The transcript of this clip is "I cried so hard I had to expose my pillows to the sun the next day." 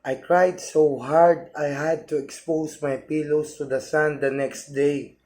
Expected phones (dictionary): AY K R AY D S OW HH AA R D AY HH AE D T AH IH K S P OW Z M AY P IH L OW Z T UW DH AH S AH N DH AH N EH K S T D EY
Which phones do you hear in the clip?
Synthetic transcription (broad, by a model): AY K R AY D S OW HH AA R D AY HH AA D T AH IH K S P OW S M AY P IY L OW S T UW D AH S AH N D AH N EH K S T D EY